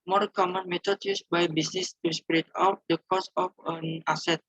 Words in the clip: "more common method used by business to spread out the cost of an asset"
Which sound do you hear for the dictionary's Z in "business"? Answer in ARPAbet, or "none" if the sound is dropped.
S